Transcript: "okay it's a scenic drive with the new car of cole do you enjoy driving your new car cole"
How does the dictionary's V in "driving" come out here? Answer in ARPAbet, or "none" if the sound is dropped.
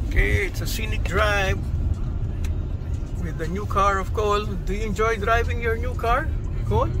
V